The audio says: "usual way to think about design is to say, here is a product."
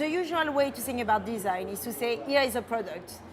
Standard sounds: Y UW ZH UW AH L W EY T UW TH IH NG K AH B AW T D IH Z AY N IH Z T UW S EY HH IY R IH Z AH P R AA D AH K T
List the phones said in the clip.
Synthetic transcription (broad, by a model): Y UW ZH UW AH L W EY T UW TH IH NG AH B AW T D IH Z AY N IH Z T UW S EY HH IY R IH Z AH P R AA D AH K T